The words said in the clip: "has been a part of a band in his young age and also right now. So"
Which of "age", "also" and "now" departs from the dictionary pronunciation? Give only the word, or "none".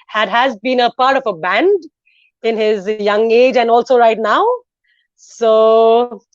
none